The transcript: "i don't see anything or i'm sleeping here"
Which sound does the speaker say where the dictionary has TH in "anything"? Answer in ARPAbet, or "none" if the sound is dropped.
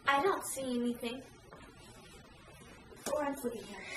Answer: TH